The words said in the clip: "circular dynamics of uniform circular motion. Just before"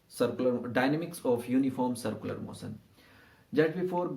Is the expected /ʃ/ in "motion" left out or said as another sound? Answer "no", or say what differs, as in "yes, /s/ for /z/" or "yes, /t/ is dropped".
yes, /s/ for /ʃ/